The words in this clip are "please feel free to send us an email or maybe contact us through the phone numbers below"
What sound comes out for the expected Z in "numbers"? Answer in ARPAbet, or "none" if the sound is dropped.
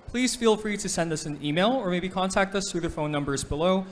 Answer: Z